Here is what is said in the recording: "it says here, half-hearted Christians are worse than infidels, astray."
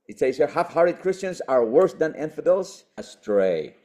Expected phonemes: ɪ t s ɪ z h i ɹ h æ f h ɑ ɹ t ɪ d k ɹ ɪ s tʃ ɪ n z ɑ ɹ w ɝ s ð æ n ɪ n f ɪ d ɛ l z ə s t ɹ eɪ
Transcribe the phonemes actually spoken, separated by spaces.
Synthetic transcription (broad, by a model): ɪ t s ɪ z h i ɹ h æ f h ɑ ɹ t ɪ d k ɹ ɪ s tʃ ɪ n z ɑ ɹ w ɝ s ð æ n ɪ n f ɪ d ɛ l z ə s t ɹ eɪ